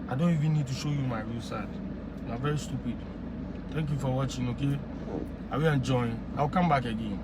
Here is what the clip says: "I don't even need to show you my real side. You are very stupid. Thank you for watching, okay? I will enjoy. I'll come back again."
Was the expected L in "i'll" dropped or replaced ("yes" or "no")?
yes